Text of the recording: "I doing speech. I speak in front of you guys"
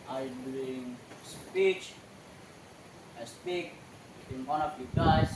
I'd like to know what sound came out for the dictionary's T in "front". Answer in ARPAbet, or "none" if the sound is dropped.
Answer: none